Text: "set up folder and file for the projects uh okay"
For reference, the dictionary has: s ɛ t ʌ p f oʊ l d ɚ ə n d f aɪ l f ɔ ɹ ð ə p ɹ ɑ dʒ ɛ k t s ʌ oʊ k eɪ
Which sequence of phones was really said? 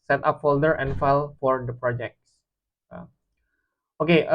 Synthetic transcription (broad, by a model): s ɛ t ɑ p f oʊ l d ɚ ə n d f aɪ l f ɔ ɹ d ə p ɹ ɑ dʒ ɛ k t s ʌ oʊ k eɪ